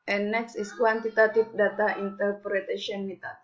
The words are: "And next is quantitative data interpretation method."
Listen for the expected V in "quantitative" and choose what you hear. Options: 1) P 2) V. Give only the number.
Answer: 1